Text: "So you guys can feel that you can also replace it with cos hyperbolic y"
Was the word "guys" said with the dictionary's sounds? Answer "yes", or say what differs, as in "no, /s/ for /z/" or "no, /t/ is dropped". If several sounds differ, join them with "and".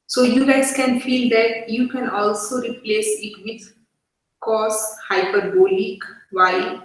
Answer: no, /s/ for /z/